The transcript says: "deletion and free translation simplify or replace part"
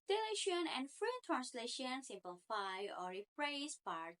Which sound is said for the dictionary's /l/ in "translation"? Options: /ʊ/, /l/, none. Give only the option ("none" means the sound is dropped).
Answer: /l/